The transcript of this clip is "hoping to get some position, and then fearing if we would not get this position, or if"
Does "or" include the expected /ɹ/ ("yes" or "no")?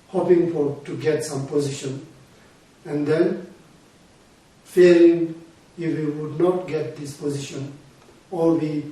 no